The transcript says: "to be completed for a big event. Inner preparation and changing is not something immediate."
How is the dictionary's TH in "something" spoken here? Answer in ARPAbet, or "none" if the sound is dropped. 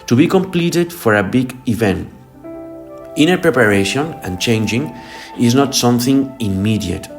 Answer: TH